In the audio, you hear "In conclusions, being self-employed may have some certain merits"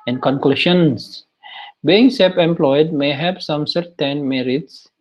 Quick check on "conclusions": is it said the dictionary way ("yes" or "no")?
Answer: no